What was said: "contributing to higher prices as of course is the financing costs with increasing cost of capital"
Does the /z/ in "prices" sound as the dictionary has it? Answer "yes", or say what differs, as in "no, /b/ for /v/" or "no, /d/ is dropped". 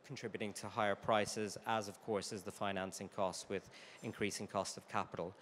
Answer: yes